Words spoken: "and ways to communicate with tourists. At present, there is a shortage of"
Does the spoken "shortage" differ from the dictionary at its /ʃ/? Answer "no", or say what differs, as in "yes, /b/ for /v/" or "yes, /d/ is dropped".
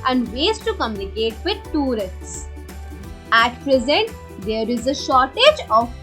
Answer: no